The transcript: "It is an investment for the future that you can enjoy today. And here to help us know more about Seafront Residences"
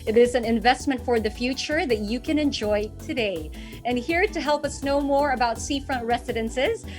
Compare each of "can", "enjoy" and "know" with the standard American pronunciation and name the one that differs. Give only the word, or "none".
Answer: none